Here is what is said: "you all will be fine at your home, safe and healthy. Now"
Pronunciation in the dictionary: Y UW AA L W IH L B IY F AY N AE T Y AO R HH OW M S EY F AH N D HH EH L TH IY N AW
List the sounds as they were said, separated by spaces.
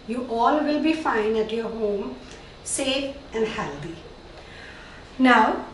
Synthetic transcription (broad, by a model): Y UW AA L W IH L B IY F AY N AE T Y AO R HH OW M S EY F AH N D HH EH L T IY N AW